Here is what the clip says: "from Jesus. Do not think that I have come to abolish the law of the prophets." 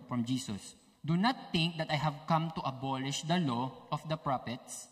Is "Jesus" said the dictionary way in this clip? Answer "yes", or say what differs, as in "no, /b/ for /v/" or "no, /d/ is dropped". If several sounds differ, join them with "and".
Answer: no, /s/ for /z/